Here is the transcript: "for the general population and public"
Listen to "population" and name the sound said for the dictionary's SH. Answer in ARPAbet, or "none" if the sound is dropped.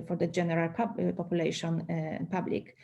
none